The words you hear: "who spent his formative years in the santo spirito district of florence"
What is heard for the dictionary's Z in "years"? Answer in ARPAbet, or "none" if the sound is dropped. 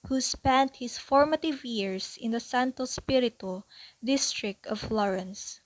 S